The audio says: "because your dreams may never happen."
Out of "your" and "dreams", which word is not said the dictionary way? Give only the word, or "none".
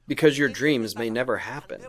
none